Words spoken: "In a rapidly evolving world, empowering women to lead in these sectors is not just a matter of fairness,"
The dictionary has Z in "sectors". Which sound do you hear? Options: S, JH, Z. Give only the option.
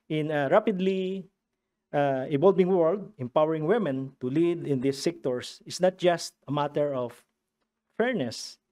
S